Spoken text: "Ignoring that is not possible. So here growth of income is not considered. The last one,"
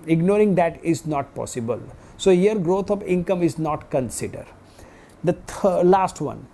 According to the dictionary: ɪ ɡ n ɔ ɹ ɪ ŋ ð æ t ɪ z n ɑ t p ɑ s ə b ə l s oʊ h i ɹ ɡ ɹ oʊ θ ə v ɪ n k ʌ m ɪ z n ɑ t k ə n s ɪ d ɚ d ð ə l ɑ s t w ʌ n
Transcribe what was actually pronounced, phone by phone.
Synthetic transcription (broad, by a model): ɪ ɡ n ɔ ɹ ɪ ŋ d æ t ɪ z n ɑ t p ɑ s ə b ə l s oʊ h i ɹ ɡ ɹ oʊ t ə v ɪ n k ʌ m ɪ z n ɑ t k ə n s ɪ d ɚ d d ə l ɑ s t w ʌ n